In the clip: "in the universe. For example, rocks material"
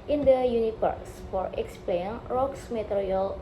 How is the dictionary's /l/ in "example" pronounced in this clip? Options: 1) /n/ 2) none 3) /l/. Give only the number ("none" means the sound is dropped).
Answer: 1